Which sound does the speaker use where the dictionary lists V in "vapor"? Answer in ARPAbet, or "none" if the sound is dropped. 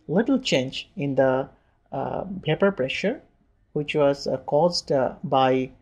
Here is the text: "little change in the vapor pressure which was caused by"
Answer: P